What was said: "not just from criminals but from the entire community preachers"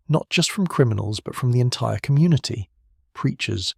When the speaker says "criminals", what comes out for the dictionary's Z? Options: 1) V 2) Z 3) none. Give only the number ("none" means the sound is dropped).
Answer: 2